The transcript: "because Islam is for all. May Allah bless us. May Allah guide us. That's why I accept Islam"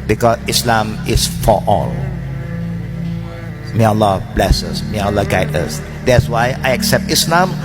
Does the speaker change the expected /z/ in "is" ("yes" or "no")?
yes